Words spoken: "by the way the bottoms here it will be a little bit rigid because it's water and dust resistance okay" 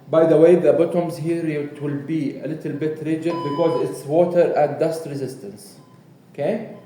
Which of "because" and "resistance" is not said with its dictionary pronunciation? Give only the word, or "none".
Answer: none